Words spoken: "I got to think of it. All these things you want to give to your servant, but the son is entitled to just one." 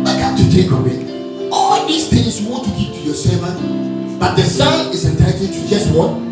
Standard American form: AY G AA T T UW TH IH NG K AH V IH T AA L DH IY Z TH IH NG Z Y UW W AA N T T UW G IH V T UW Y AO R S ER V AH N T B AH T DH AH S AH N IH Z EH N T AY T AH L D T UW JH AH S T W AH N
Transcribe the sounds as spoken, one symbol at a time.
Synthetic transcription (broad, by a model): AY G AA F T UW T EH K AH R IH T AA L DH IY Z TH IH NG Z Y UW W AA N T T UW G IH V T UW Y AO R S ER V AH N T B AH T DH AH S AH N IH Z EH N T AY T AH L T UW JH AH S T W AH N